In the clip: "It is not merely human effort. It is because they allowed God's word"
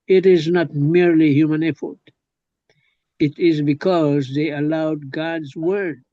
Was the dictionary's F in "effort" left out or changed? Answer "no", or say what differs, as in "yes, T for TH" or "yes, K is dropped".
no